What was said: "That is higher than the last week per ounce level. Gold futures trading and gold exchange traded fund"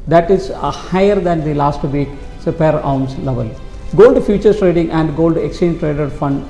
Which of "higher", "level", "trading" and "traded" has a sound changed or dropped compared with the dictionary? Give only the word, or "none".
none